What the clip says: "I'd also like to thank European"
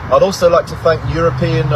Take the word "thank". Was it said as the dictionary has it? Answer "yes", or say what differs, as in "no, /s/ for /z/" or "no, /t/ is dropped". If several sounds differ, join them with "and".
yes